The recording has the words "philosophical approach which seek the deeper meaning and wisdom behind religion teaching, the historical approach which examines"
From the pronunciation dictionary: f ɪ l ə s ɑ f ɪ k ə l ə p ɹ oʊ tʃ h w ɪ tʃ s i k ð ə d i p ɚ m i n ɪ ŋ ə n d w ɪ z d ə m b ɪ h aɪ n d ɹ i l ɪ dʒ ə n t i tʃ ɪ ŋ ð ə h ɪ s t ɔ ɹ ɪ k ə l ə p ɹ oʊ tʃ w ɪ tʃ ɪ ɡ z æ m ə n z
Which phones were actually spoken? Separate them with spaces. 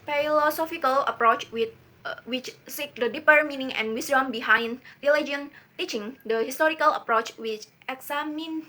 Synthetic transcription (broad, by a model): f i l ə s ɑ f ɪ k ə l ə p ɹ oʊ tʃ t w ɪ tʃ s i k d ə d i p ɚ m i n ɪ ŋ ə n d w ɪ s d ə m b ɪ h aɪ n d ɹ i l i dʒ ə n t i tʃ ɪ ŋ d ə h ɪ s t ɔ ɹ ɪ k ə l ə p ɹ oʊ tʃ w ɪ tʃ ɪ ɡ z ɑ m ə n